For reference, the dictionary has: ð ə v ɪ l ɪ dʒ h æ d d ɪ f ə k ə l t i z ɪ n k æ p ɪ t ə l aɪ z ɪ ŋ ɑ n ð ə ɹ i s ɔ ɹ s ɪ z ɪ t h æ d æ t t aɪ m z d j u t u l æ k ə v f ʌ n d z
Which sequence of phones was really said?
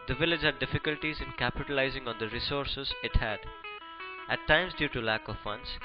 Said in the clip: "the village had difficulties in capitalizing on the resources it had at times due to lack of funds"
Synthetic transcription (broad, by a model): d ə v ɪ l ɪ dʒ h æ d d ɪ f ə k ə l t i z ɪ n k æ p ɪ t ə l aɪ z ɪ ŋ ɑ n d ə ɹ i s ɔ ɹ s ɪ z ɪ t h æ d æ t t aɪ m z d j u t u l æ k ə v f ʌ n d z